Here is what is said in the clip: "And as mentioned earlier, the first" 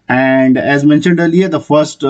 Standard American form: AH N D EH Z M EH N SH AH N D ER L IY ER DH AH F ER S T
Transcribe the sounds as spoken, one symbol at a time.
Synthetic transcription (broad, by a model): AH N D EH Z M EH N SH AH N D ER L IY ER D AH F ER S T